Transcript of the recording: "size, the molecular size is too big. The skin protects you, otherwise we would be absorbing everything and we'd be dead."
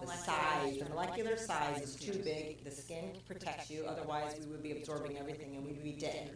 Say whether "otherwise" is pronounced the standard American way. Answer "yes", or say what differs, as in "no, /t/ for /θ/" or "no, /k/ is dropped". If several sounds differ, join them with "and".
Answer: yes